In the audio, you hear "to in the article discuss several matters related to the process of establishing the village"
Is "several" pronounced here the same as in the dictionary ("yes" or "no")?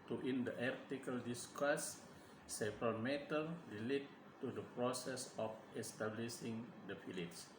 no